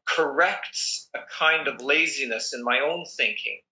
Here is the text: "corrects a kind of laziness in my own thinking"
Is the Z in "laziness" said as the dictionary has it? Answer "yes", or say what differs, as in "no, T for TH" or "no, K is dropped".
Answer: yes